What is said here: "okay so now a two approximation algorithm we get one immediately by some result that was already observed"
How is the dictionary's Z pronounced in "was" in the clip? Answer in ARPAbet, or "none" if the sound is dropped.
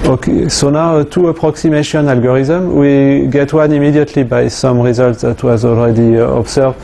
Z